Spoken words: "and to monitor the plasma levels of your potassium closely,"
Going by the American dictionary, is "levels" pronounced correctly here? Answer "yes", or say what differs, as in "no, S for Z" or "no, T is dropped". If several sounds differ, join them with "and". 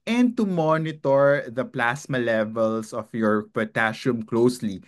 no, S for Z